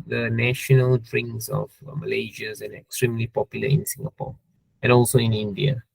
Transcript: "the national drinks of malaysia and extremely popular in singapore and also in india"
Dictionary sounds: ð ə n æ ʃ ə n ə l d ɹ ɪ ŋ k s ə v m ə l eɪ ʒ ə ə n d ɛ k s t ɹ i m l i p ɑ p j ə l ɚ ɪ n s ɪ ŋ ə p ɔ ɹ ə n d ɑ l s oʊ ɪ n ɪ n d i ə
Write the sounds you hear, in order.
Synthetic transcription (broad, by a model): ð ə n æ ʃ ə n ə l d ɹ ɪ ŋ s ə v m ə l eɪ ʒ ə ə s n ɛ k s t ɹ i m l i p ɑ p j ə l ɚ ɪ n s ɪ ŋ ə p ɔ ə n ɑ l s oʊ ɪ n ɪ n d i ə